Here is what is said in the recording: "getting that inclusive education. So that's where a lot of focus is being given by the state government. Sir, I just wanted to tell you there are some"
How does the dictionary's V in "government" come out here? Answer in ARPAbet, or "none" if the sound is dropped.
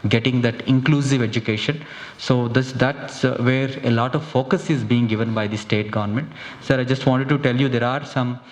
V